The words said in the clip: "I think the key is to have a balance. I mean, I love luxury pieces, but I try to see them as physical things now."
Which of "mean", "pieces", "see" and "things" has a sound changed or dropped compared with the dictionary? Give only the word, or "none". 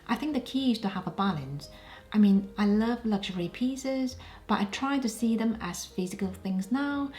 none